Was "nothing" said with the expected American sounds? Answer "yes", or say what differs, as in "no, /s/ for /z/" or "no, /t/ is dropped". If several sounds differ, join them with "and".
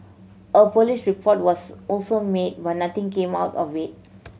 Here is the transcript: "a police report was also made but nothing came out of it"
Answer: no, /t/ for /θ/